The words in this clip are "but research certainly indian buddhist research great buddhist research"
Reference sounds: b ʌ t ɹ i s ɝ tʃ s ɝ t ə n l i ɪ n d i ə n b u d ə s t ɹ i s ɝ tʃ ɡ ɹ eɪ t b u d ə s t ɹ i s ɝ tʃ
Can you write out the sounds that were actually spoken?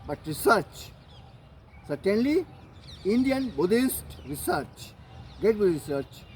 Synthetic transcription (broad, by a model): b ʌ t ɹ i s ɝ tʃ s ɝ t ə n l i ɪ n d i ə n b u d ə s t ɹ i s ɝ tʃ ɡ eɪ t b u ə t ɹ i s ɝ tʃ